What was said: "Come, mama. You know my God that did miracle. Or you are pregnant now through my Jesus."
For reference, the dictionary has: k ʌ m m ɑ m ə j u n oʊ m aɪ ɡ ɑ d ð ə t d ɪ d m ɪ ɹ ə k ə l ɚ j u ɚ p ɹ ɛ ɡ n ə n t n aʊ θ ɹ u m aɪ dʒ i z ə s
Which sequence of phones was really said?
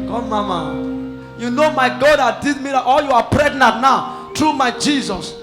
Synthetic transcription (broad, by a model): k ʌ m m ɑ m ə j u n oʊ m aɪ ɡ ɑ d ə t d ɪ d m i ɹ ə ə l j u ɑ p ɹ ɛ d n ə t n aʊ t ɹ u m aɪ dʒ i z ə s